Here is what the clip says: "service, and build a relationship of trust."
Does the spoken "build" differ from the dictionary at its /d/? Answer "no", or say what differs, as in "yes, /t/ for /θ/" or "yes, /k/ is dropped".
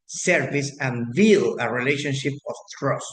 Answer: yes, /d/ is dropped